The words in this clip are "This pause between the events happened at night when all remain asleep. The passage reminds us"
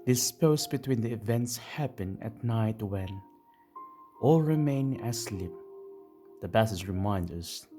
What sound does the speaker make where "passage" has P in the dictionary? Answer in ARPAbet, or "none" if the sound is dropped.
B